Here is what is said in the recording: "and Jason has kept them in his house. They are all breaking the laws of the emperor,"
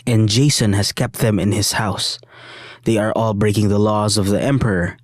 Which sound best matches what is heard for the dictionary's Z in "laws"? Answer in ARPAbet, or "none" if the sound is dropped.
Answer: Z